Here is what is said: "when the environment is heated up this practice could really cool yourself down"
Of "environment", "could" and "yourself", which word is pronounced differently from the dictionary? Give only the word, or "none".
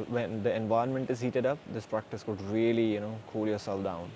environment